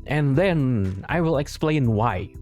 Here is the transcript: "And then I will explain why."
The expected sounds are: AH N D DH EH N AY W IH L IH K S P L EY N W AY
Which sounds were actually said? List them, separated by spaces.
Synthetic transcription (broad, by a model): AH N DH EH N AY W IH L IH K S P L EY N W AY